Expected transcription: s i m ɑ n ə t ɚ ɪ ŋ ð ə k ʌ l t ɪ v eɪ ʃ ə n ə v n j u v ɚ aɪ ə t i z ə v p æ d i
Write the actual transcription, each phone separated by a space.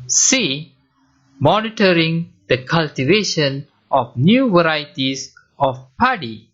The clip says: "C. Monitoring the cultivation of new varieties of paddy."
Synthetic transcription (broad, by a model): s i m ɑ n ə t ɚ ɪ ŋ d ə k ʌ l t ɪ v eɪ ʃ ə n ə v n j u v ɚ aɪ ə t i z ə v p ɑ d i